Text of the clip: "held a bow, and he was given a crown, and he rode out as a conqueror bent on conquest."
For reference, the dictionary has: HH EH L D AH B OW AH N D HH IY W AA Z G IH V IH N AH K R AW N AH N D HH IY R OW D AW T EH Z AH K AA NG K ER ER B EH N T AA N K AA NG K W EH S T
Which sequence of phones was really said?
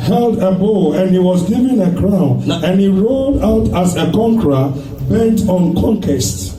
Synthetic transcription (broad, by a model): HH EH L D AH B OW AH N HH IY W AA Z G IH V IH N AH K R AW N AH N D HH IY R OW D AW T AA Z AH K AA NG K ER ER B EH N T AA N K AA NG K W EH S T